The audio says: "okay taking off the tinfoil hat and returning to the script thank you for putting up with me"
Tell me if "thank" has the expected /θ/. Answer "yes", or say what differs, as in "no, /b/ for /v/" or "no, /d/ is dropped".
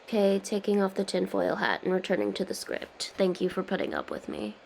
yes